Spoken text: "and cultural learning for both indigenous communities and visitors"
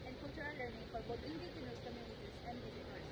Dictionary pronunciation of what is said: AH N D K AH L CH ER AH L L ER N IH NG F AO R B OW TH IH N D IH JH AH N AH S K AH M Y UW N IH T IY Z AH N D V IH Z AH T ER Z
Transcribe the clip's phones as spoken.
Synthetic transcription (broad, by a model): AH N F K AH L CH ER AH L L ER N IH NG F AO R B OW T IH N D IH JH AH N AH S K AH M Y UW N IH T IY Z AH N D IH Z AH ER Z